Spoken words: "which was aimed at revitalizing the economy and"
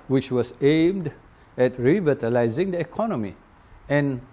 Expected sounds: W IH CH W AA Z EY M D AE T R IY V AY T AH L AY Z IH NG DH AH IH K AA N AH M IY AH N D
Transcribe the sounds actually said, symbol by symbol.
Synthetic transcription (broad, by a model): W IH CH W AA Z EY M D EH T R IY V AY T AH L AY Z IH NG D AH IH K AA N AH M IY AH N